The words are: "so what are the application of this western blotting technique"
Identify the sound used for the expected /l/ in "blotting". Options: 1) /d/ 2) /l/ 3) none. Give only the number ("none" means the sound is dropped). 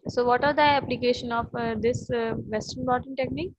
3